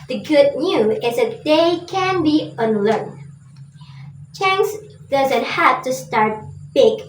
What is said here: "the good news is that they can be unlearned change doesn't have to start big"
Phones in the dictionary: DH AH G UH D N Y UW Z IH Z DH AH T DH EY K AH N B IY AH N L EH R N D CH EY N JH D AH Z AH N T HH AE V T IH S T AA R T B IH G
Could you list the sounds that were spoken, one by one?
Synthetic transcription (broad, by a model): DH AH G UH D N Y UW IH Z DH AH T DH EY K AH N B IY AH N L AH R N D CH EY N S D AH Z AH N T HH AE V T IH S T AA R T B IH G